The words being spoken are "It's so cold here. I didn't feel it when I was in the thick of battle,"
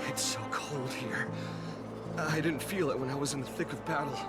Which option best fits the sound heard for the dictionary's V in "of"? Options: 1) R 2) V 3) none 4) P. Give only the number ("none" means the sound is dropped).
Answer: 2